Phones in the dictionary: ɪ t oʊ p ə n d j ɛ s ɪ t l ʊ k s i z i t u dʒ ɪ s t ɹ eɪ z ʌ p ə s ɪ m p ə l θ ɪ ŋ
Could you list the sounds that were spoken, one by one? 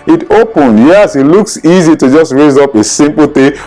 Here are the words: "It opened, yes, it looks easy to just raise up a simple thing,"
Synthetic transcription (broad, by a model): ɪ t oʊ p ə n d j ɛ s ɪ t l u k s i z i t u dʒ ɪ s t ɹ eɪ z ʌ p ə s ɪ m p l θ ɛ